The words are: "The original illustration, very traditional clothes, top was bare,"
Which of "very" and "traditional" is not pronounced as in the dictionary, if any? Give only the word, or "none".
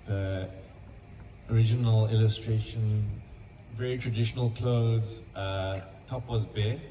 none